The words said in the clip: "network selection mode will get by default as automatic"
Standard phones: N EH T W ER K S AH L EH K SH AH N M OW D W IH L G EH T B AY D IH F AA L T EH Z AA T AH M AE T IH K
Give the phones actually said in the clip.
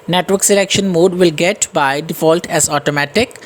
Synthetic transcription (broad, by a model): N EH T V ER K S AH L EH K SH AH N M OW D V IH L G EH T B AY D IH F AA L T EH Z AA T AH M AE T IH K